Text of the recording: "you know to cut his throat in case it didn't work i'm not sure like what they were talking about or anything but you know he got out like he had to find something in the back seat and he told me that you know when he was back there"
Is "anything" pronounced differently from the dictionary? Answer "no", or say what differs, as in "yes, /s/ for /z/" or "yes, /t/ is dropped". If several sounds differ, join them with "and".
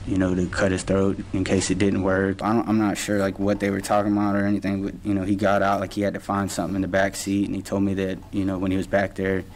no